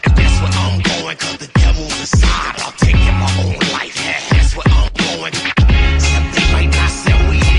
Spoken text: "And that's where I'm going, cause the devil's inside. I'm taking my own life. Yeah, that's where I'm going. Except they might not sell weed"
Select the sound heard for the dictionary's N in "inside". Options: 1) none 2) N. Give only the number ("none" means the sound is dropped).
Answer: 1